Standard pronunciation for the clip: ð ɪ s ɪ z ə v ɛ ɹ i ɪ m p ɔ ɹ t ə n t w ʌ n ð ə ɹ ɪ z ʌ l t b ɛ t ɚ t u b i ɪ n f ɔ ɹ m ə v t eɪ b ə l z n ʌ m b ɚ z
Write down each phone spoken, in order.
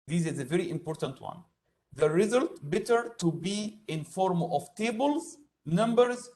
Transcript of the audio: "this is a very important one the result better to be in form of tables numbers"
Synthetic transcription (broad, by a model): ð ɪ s ɪ z ə v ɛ ɹ i ɪ m p ɔ ɹ t ə n t w ʌ n ð ə ɹ ɪ z ʌ l t b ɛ t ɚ t u b i ɪ n f ɔ ɹ m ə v t eɪ b ə l z n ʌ m b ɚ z